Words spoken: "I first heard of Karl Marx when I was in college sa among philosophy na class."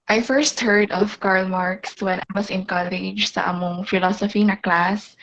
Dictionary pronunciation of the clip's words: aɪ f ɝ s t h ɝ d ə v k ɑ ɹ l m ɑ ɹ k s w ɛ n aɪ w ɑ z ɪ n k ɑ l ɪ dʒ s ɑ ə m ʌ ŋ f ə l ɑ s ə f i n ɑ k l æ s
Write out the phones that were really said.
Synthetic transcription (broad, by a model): aɪ f ɝ s t h ɝ d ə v k ɑ ɹ l m ɑ ɹ k s w ɛ n aɪ w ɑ s ɪ n k ɑ l ɪ dʒ s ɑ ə m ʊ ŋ f ə l ɑ s ə f i n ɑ k l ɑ s